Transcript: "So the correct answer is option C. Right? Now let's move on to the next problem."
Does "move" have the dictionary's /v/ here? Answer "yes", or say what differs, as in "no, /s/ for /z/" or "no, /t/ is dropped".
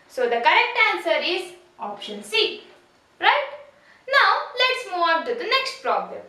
no, /v/ is dropped